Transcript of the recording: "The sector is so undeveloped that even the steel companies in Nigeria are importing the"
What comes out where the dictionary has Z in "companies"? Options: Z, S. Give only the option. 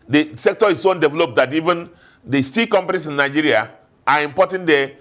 S